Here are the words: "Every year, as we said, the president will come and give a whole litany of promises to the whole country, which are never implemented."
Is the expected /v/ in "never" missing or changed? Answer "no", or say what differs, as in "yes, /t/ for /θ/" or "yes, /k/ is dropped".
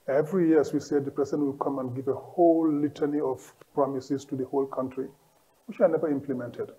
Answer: no